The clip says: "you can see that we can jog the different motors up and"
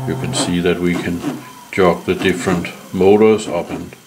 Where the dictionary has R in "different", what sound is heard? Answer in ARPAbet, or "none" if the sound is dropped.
R